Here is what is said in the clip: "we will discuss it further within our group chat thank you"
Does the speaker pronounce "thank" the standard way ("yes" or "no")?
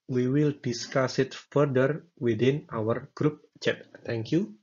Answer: no